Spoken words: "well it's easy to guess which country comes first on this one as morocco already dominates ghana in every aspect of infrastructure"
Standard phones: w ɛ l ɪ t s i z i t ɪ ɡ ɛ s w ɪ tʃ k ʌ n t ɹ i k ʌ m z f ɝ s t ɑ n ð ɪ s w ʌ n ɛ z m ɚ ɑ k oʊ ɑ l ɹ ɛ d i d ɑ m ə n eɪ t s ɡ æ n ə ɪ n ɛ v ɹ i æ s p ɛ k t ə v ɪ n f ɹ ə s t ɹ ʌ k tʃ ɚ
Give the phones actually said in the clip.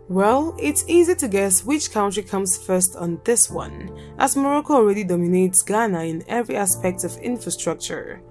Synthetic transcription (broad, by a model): w ɛ l ɪ t s i z i t ɪ ɡ ɛ s w ɪ tʃ k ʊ n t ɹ i k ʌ m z f ɝ s t n ð ɪ s w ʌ n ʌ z m ɚ ɑ k oʊ ɑ l ɹ ɛ d i d ɑ m ə n eɪ t s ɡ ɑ n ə ɪ n ɛ v ɹ i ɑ s p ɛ k t ə v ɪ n f ɹ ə s t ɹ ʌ k tʃ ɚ